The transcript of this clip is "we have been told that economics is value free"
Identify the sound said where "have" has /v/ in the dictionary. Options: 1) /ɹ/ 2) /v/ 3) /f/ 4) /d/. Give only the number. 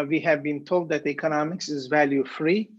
2